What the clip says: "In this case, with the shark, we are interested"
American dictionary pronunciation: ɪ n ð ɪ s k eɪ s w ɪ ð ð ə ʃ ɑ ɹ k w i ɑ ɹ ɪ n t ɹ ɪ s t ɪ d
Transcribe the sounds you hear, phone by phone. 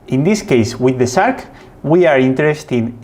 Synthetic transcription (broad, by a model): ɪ n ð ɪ s k eɪ s w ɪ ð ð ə s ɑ ɹ k w i ɑ ɹ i n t ɹ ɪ s t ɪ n